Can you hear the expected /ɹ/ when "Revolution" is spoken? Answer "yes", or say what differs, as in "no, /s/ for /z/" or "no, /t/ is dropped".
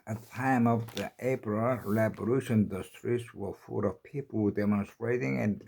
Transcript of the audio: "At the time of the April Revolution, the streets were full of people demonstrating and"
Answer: no, /l/ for /ɹ/